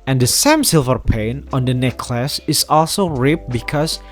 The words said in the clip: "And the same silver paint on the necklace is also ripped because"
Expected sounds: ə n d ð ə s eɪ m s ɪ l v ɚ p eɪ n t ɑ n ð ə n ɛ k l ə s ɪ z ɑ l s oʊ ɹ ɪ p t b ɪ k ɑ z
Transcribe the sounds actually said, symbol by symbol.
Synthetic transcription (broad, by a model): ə n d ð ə s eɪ m s ɪ l v ɚ p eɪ n ɑ n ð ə n ɛ k l ə s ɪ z ɑ l s oʊ ɹ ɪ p b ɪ k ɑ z